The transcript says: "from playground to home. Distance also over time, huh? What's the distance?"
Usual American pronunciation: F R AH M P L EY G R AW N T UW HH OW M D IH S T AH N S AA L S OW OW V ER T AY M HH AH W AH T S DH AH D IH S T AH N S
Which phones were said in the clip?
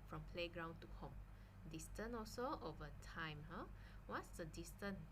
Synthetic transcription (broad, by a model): F R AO M P L EY G R AW N T UW HH OW M D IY S T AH N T AA L S OW OW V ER T AY M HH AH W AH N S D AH D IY S T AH N